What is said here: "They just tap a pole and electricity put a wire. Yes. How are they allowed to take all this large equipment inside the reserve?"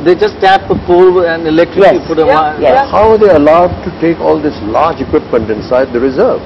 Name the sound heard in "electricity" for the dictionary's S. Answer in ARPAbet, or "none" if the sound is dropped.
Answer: none